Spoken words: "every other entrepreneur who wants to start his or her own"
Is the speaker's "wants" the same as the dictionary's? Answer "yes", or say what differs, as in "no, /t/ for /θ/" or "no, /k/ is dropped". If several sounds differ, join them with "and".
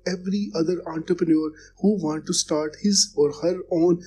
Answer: no, /s/ is dropped